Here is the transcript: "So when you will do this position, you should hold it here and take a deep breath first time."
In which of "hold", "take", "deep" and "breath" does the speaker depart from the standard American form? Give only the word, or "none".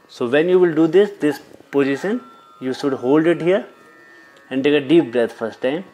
breath